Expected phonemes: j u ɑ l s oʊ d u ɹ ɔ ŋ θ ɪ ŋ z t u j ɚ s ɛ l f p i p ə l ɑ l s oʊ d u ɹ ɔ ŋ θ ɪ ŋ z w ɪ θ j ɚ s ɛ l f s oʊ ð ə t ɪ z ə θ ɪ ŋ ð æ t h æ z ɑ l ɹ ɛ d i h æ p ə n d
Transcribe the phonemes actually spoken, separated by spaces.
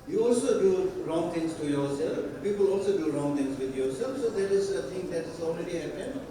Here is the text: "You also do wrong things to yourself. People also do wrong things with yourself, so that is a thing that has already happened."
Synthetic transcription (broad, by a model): j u ɑ l s oʊ d u ɹ ɔ ŋ t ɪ ŋ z t u j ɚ s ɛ l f p i p ə l ɑ l s oʊ d u ɹ ɔ ŋ t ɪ ŋ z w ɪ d j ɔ s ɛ l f s oʊ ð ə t ɪ z ə t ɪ ŋ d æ t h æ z ɑ l ɹ ɛ d i h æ p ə n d